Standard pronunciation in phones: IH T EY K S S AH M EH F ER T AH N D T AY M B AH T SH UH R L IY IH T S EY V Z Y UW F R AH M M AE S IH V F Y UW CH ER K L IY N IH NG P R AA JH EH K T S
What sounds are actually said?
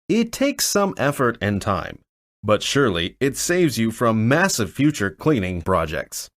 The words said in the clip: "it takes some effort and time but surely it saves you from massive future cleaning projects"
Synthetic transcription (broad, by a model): IH T EY K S S AH M EH F ER T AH N T AY M B AH T SH UH R L IY IH T S EY V Z Y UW F R AH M M AE S IH V F Y UW CH ER K L IY N IH NG P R AA JH EH K T S